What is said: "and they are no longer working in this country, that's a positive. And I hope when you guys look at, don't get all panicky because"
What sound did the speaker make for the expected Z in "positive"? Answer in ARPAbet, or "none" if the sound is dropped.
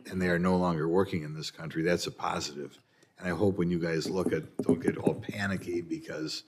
Z